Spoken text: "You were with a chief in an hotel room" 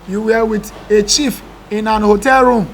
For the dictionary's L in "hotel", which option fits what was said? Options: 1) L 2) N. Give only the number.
1